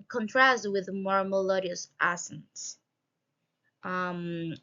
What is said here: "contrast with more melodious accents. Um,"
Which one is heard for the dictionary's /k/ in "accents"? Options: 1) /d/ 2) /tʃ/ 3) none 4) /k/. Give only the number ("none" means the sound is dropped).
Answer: 3